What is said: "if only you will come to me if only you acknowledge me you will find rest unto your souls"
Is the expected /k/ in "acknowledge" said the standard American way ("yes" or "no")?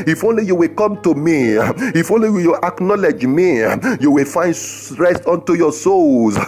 yes